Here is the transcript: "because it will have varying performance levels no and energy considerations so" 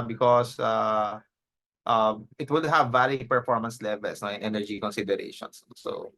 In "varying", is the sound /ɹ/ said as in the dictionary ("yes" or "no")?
no